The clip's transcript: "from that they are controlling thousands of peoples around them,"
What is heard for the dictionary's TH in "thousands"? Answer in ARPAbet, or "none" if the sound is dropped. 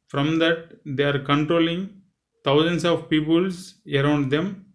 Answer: T